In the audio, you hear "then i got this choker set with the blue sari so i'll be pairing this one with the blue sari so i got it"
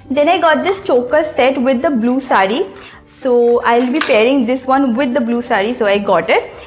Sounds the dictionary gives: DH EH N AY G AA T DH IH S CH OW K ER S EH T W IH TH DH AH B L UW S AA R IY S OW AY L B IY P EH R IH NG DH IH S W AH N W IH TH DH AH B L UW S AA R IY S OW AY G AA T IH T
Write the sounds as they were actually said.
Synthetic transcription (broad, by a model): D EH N AY G AA T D IH S CH OW K ER S EH T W IH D AH B L UW S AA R IY S OW AY L B IY P EH R IH NG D IH S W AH N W IH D AH B L UW S AA R IY S OW AY G AA T IH T